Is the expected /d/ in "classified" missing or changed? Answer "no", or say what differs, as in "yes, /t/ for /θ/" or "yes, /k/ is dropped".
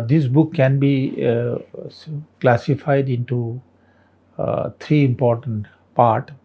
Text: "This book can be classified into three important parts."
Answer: no